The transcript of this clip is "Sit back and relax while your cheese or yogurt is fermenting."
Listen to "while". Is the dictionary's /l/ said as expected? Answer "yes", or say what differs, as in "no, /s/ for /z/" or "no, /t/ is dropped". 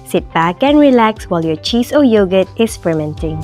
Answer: yes